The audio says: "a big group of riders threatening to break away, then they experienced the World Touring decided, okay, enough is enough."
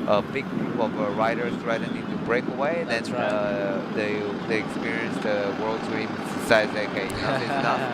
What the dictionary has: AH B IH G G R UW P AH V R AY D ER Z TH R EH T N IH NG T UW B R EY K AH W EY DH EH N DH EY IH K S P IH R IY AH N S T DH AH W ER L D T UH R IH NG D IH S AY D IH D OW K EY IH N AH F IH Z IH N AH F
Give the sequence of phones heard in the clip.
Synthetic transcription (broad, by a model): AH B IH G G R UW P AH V R AY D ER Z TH R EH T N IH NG T UW B R EY K AH W EY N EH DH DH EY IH K S P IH R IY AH N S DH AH W ER L D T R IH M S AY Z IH IH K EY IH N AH IH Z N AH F